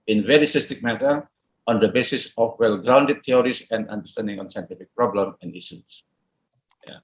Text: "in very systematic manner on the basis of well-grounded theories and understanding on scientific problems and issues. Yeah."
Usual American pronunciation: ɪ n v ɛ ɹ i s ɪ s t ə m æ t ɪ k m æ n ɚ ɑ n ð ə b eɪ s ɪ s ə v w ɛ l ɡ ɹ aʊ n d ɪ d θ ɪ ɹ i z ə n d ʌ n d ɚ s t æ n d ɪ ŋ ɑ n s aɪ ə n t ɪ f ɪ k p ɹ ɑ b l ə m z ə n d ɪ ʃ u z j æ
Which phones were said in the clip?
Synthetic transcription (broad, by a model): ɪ n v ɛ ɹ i s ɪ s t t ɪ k m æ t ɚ ɑ n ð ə b eɪ s ɪ s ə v w ɛ l ɡ ɹ aʊ n d ɪ d t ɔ ɹ i s ə n d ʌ n d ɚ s t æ n d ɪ ŋ ɑ n s aɪ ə n t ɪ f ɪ k p ɹ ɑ b l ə m ə n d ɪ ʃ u s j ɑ